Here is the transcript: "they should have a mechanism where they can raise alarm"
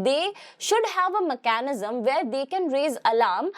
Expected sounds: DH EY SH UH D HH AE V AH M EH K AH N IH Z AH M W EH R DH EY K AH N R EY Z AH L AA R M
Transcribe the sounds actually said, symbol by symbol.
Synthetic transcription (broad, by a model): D EY SH UH D HH AE V AH M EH K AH N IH Z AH M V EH R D EY K AH N R EY Z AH L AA R M